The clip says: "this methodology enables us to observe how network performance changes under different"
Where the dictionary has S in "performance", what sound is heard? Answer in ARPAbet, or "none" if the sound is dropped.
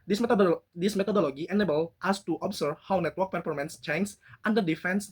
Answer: S